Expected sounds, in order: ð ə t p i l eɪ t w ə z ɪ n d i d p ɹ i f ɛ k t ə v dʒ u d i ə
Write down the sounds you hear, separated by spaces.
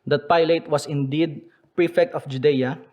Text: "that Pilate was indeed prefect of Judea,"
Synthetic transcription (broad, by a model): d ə t p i l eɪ t w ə s ɪ n d i d p ɹ i f ɛ k t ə f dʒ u d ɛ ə